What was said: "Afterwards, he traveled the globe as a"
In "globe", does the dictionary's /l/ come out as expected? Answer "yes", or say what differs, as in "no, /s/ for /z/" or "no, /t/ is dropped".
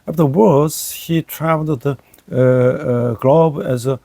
yes